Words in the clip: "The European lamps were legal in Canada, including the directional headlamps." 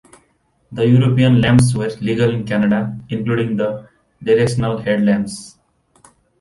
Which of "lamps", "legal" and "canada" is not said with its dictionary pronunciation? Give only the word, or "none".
lamps